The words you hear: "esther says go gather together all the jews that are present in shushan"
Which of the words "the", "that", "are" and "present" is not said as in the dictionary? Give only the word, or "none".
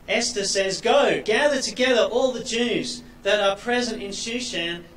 none